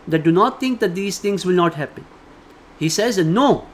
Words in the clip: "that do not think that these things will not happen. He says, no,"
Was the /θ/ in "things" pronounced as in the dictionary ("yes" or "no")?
no